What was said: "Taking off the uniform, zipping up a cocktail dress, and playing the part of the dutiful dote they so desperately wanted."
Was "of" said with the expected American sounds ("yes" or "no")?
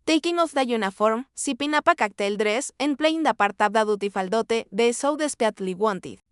no